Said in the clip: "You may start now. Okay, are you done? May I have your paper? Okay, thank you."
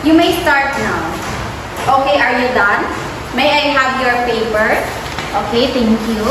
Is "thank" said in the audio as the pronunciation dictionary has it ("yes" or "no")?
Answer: no